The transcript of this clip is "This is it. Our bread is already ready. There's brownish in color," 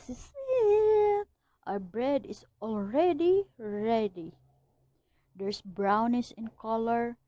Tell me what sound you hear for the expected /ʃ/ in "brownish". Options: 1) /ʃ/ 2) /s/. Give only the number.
2